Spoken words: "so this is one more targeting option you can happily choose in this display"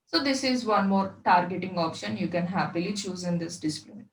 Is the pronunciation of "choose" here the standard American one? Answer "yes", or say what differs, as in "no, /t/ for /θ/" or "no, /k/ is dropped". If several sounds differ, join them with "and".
yes